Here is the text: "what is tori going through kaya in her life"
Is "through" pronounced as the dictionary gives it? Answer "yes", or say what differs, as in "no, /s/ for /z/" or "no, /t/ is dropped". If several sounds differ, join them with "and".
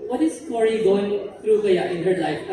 no, /t/ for /θ/